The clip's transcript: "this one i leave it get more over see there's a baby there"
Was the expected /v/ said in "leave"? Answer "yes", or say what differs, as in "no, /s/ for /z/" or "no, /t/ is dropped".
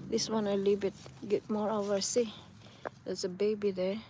no, /b/ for /v/